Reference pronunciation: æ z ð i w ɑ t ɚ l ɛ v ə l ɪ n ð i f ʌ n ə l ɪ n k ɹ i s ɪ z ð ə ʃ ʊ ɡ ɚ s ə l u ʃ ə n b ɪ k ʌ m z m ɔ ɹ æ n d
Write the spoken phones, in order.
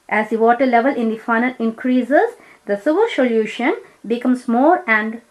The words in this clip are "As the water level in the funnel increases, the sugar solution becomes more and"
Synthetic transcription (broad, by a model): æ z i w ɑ t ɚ l ɛ v ə l ɪ n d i f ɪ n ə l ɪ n k ɹ i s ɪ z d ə s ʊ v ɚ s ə l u ʃ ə n b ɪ k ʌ m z m ɔ ɹ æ n d